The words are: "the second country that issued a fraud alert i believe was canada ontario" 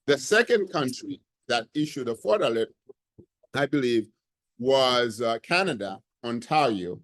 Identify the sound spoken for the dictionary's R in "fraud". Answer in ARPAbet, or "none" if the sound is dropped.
none